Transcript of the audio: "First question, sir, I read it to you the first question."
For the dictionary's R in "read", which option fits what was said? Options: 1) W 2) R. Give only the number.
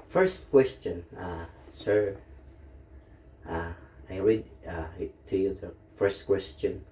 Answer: 2